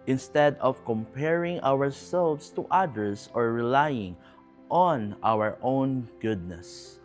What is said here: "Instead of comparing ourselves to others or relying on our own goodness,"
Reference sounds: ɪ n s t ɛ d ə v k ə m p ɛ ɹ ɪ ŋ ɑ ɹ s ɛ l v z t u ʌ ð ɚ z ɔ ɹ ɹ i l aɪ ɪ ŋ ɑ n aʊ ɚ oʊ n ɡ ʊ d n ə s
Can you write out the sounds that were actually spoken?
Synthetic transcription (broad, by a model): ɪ n s t ɛ d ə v k ə m p ɛ ɹ ɪ ŋ ɑ ɹ s ɛ l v s t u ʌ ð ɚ s ɔ ɹ ɹ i l aɪ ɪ ŋ ɑ n aʊ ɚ oʊ n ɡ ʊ d n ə s